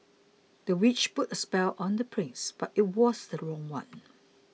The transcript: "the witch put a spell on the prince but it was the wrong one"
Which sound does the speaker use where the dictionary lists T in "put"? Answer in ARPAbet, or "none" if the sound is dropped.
T